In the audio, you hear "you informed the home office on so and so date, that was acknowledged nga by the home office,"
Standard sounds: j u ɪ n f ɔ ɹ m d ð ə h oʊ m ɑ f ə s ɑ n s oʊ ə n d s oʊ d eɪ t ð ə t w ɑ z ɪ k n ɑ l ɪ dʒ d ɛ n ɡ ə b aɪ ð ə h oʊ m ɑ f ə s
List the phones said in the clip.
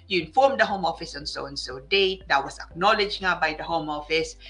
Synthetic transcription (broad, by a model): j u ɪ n f ɔ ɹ m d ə h oʊ m ɑ f ə s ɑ n s oʊ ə n s oʊ d eɪ t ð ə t w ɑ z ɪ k n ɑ l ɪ dʒ ɛ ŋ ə b aɪ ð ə h oʊ m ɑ f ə s